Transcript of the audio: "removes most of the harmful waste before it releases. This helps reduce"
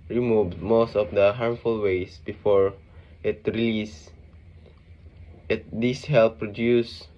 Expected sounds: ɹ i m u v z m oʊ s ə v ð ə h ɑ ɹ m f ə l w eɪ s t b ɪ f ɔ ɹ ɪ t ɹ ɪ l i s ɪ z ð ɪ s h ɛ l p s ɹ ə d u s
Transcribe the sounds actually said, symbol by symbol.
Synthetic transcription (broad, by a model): ɹ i m u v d m oʊ s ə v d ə h ɑ ɹ m f ə l w eɪ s b ɪ f ɔ ɹ ɪ t ɹ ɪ l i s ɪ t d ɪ s h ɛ l p ɹ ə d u s